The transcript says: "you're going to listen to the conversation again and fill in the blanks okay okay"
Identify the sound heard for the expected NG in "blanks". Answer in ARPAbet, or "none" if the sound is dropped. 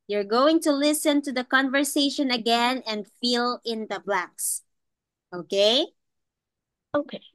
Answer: none